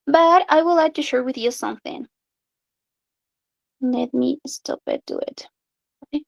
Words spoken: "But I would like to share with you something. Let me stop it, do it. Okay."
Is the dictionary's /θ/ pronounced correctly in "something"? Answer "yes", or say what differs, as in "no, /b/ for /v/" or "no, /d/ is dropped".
yes